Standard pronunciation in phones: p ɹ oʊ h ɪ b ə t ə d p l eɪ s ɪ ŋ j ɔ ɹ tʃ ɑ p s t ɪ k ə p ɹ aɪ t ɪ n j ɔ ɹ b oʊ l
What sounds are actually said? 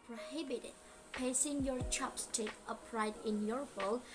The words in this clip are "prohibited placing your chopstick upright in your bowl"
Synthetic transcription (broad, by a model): p ɹ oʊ h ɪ b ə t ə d p eɪ s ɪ ŋ j ɔ ɹ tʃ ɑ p s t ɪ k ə p ɹ aɪ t ɪ n j ɔ ɹ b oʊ l